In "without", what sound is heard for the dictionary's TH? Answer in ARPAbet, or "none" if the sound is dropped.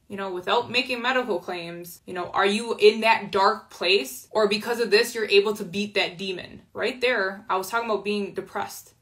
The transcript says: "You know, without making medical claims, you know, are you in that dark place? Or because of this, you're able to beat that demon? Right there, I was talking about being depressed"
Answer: TH